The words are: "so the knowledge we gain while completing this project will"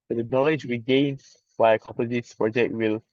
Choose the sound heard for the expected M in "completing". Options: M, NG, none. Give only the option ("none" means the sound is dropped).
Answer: none